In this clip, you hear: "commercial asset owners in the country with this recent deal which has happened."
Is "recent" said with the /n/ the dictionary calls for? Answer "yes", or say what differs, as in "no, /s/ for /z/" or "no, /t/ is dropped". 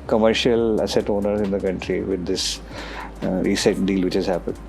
no, /n/ is dropped